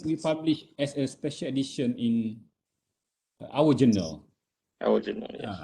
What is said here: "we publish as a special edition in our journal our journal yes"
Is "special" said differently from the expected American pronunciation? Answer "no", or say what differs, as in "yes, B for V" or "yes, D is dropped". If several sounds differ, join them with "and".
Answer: no